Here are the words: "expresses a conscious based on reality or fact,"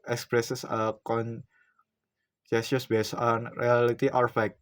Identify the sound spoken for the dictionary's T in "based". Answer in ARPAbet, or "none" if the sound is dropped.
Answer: none